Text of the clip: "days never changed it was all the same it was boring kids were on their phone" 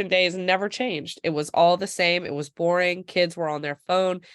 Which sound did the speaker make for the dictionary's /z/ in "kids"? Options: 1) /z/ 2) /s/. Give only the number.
1